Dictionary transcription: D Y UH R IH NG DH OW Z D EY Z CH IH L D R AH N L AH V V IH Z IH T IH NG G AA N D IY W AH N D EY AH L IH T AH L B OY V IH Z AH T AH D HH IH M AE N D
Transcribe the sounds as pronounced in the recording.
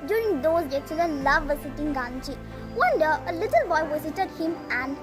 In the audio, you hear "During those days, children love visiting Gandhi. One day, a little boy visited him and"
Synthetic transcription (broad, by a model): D Y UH R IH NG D OW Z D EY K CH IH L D AH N L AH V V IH S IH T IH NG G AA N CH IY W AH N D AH AH L IH T AH L B OY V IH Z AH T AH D HH IH M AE N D